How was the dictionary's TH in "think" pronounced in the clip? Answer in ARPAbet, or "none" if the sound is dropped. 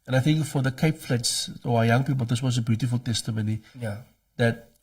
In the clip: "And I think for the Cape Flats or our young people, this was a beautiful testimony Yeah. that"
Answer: TH